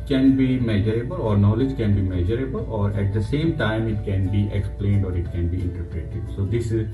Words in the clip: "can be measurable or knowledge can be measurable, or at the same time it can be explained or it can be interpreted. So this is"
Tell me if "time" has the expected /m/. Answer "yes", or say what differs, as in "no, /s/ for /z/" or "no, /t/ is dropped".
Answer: yes